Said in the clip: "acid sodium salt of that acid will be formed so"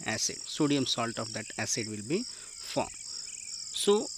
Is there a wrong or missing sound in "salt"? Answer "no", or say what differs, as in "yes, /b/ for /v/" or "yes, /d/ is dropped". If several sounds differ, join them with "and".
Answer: no